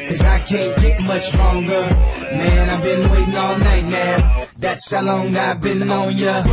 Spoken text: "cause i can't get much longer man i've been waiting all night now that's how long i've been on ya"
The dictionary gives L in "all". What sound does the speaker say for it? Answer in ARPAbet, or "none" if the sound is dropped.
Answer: N